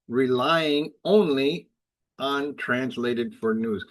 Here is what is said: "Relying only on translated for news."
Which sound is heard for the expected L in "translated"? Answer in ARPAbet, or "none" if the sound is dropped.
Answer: L